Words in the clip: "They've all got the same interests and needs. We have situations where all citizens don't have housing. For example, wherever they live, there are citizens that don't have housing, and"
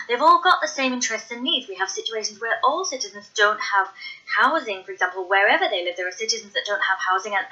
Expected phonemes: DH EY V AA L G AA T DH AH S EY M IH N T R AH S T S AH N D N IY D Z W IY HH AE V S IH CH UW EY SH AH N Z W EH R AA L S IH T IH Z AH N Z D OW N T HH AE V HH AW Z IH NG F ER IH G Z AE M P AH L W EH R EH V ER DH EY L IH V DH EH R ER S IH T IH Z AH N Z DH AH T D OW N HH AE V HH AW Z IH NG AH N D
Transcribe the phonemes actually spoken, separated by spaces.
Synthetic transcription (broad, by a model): DH EY V AA L G AA T DH AH S EY M IH N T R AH S T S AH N N IY D Z W IY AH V S IH CH UW EY SH AH N Z W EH R AA L S IH T IH Z AH N Z D OW N T HH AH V HH AW Z IH NG F ER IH G Z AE M P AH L W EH R EH V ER DH EY L IH V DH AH R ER S IH T IH Z AH N Z DH AH T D OW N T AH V HH AW Z IH NG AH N